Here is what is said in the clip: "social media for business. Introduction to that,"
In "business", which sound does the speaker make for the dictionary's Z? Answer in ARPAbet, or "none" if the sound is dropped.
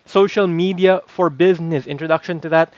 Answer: Z